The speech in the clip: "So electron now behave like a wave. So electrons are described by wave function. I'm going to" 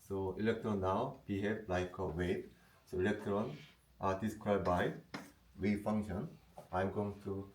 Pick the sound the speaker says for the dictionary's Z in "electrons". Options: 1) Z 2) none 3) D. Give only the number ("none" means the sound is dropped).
2